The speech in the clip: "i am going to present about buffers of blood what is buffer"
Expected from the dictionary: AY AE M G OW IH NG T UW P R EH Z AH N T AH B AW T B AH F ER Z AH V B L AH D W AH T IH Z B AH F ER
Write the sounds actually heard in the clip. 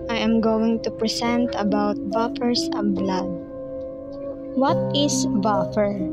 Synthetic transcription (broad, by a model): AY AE M G OW IH NG T UW P R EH S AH N T AH B AW T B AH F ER S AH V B L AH D W AH T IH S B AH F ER